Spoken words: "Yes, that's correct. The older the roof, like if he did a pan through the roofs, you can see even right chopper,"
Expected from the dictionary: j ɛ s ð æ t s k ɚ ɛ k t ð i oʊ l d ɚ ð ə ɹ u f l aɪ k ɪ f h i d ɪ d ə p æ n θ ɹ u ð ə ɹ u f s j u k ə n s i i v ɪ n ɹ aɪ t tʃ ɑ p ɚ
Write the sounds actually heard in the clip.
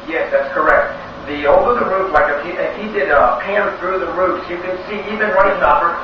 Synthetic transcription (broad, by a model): j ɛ s ð æ t s k ɚ ɛ k t ð i oʊ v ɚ ð ə ɹ u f l aɪ k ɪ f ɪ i d ɪ d ə p æ n θ ɹ u ð ə ɹ u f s j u k ə n s i i v ɪ n w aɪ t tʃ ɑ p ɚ